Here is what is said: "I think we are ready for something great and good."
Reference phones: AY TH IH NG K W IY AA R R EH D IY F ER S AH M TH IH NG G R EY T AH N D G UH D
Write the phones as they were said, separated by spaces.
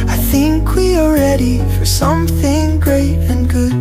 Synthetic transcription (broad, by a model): AY TH IH NG K W IY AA L R EH D IY F ER S AH M TH IH NG G R EY T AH N G UH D